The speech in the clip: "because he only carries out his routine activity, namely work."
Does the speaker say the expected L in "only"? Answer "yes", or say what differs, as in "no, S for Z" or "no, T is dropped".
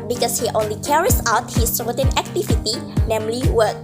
yes